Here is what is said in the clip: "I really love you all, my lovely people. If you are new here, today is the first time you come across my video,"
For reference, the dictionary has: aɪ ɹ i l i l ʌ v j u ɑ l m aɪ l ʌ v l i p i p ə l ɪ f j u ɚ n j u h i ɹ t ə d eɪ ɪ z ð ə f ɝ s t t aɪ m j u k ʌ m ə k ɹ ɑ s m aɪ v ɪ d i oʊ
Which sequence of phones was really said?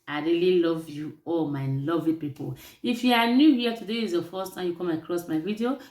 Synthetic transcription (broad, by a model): aɪ ɹ i l i l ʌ v j u ɑ l m aɪ l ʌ v l i p i p ə l ɪ f j u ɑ n j u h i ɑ t ə d eɪ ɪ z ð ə f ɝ s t t aɪ m j u k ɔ m ə k ɹ ɑ s m aɪ v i d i oʊ